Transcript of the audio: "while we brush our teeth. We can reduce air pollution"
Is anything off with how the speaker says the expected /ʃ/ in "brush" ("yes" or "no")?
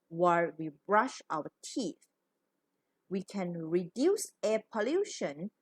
no